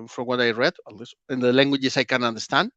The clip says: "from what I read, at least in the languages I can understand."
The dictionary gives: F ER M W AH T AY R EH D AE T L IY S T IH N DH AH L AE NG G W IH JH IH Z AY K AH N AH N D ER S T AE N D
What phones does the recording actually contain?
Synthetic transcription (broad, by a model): F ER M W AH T AY R EH D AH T L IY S IH N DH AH L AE NG G W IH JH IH S AY K AH N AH N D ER S T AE N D